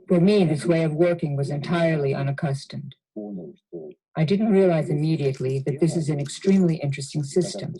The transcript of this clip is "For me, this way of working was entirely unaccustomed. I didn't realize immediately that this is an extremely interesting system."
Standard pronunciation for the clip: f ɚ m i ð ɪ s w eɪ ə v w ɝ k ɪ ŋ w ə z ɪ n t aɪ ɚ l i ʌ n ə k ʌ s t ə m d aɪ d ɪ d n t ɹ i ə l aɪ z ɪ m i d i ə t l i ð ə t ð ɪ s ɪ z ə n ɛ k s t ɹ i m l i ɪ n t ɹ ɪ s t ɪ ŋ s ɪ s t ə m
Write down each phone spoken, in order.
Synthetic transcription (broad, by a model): f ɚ m i ð ɪ s w eɪ ə v w ɝ k ɪ ŋ w ə z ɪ n t aɪ ɚ l i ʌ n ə k ʌ s t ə m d aɪ d ɪ d n t ɹ i ə l aɪ z ɪ m i d i ə t l i ð ə t ð ɪ s ɪ z ə n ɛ k s t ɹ i m l i ɪ n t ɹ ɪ s t ɪ ŋ s ɪ s t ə m